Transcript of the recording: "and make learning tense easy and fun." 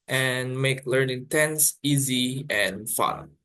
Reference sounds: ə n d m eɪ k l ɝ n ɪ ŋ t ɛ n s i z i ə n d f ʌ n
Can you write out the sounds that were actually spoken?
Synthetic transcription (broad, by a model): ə n m eɪ k l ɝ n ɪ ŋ t ɛ n s i z i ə n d f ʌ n